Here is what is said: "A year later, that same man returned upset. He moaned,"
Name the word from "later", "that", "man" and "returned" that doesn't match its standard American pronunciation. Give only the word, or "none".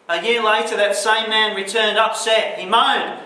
none